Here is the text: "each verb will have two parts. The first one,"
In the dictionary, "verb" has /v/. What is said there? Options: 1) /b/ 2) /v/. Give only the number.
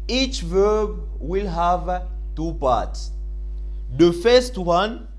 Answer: 2